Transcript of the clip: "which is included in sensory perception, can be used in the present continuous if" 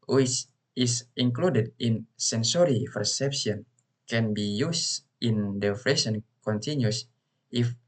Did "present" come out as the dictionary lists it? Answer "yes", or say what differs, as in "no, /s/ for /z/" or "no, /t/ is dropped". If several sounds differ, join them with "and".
no, /f/ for /p/ and /s/ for /z/